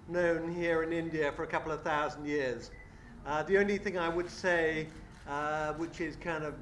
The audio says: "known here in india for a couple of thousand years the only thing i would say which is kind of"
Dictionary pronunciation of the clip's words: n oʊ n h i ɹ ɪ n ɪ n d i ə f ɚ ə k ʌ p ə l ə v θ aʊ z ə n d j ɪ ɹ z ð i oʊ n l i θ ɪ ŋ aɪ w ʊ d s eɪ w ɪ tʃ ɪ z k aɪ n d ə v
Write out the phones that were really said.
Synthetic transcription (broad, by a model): n oʊ n h i ɹ ɪ n ɪ n d i ə f ɚ ə k ʌ p l ə v θ aʊ z n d j ɪ ɹ z ð i oʊ n l i θ ɪ ŋ aɪ w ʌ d s eɪ w ɪ tʃ ɪ z k aɪ n d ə v